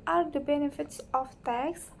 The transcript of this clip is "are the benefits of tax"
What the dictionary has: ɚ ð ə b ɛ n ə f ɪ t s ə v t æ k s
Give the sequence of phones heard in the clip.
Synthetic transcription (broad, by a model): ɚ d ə b ɛ n ə f ɪ t s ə f t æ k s